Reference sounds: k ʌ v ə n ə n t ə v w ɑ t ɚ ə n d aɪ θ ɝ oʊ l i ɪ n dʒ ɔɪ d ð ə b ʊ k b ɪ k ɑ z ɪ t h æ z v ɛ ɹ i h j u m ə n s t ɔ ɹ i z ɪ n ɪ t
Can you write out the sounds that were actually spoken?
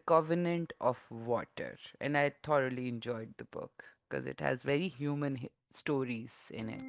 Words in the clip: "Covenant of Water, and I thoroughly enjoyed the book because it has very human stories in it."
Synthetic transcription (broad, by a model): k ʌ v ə n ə n t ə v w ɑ t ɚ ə n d aɪ t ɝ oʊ l i ɪ n dʒ ɔɪ d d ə b ʊ k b k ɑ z ɪ t h æ z v ɛ ɹ i h j u m ə n s t ɔ ɹ i z ɪ n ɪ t